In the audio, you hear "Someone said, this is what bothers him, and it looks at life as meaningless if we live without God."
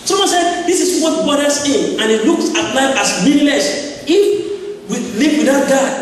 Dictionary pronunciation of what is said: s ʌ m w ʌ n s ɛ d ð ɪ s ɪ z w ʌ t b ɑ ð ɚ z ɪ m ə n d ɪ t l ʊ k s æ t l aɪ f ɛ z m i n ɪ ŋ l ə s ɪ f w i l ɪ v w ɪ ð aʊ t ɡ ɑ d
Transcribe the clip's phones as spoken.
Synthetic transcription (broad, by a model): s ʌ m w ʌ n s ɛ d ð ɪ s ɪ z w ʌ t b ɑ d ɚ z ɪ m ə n ɪ t l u k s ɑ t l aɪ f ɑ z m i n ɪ l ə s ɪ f w i l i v w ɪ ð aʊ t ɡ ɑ